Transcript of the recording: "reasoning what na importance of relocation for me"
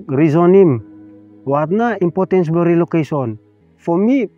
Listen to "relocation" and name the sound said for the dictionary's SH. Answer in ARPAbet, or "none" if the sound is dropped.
S